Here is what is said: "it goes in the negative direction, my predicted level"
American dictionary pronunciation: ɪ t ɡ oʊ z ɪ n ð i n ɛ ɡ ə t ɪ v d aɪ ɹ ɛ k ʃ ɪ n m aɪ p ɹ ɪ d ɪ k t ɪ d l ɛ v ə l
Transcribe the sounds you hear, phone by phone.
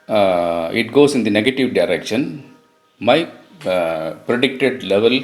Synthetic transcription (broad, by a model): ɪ t ɡ oʊ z ɪ n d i n ɛ ɡ ə t ɪ v d aɪ ɹ ɛ k ʃ ɪ n m aɪ p ɹ ɪ d ɪ k t ɪ d l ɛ v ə l